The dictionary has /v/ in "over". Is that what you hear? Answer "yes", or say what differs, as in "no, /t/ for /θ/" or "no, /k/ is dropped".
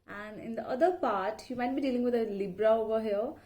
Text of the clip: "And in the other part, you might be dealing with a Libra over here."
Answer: no, /b/ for /v/